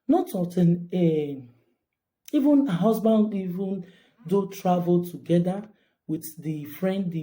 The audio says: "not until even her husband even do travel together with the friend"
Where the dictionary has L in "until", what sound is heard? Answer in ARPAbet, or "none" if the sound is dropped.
N